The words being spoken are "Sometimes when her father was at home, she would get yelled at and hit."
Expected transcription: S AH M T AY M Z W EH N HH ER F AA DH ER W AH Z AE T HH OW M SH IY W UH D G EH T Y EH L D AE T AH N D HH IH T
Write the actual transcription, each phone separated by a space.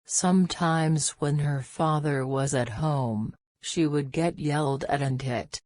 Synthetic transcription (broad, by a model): S AH M T AY M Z W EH N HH ER F AA DH ER W AH Z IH T HH OW M SH IY W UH D G EH T Y EH L D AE T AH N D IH T